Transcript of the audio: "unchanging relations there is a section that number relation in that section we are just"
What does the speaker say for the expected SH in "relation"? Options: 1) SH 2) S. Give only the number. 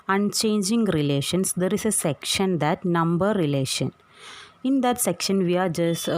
1